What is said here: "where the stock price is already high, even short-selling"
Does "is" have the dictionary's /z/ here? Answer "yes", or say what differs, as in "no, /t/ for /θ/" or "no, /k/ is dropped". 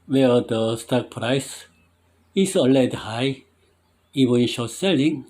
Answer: no, /s/ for /z/